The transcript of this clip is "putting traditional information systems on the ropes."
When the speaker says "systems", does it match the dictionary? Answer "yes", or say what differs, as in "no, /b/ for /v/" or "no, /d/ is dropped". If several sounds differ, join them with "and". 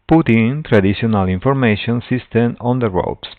no, /z/ is dropped